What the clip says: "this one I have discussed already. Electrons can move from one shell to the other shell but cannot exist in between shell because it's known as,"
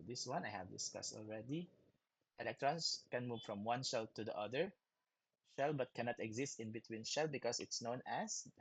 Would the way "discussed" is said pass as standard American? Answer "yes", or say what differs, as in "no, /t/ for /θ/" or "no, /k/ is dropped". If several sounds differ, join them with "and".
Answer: yes